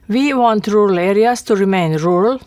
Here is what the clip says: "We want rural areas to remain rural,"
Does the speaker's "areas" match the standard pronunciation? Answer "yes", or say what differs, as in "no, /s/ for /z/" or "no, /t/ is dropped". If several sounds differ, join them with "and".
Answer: no, /s/ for /z/